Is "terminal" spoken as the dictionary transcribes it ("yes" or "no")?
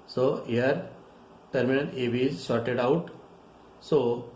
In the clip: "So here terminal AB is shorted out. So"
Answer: no